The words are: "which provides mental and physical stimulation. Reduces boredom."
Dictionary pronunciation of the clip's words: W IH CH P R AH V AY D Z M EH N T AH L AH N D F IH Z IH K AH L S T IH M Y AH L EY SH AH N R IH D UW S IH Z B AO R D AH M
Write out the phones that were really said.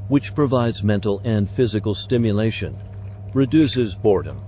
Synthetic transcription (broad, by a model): W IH CH P R AH V AY D Z M EH N T L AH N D F IH Z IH K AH L S T IH M Y AH L EY SH AH N R IH D UW S IH Z B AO R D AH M